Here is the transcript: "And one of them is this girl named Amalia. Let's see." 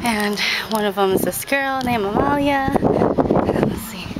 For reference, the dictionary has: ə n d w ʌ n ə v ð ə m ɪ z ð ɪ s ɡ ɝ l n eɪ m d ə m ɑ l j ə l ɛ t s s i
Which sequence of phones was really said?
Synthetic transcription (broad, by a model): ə n w ʌ n ə v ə m ɪ z ð ɪ s ɡ ɝ l n eɪ m ə m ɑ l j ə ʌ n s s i